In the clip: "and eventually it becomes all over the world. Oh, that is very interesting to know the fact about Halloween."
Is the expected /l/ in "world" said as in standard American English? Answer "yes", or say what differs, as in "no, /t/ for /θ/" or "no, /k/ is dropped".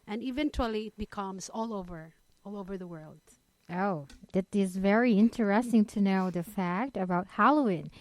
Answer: yes